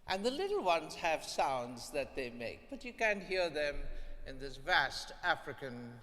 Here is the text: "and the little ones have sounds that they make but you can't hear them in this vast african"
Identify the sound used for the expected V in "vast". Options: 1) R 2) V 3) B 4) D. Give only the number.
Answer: 2